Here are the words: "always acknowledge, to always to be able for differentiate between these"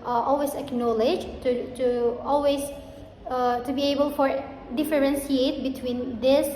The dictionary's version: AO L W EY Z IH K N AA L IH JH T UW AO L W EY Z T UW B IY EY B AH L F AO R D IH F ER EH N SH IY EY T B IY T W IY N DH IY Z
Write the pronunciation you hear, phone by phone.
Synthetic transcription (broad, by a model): AO L W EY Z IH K N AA L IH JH T UW AO L W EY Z T UW B IY EY B AH L F AO R D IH F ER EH N S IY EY T B IY T W IY N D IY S